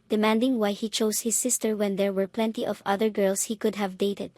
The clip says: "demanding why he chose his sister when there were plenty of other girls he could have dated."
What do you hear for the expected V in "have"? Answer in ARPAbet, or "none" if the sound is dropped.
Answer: V